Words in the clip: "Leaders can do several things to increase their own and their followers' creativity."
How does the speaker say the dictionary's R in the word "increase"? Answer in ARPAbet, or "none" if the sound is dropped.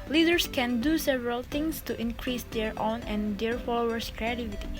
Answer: R